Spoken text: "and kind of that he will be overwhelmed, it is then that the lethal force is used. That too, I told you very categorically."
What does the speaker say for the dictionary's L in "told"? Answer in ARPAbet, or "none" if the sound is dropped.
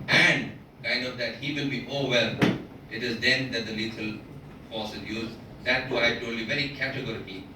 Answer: none